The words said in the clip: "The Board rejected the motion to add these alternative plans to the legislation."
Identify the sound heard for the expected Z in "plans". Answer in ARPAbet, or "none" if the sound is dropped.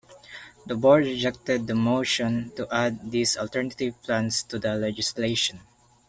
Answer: S